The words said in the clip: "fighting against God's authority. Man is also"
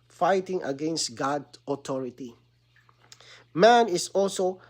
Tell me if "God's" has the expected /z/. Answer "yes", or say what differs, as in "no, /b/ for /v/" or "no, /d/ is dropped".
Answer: no, /z/ is dropped